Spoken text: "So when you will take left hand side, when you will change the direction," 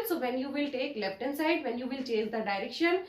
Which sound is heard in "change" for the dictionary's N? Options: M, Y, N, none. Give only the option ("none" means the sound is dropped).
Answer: none